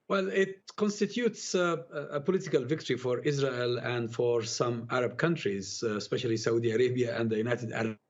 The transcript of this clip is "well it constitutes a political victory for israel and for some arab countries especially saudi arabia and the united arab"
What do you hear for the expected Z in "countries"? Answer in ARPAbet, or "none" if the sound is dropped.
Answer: Z